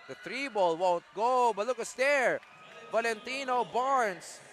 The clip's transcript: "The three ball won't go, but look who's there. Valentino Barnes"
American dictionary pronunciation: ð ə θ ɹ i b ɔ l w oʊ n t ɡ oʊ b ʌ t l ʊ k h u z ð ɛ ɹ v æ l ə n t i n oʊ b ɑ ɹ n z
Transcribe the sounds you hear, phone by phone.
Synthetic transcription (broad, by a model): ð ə t ɹ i b ɔ l w oʊ n t ɡ oʊ b ʌ t l ʊ k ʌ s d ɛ ɹ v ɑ l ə n t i n oʊ b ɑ ɹ n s